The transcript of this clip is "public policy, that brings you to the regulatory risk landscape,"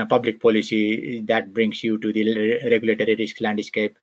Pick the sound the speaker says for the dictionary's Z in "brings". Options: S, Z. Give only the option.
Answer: S